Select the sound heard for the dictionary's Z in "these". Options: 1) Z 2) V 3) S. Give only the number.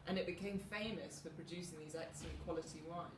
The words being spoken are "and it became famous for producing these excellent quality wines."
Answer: 1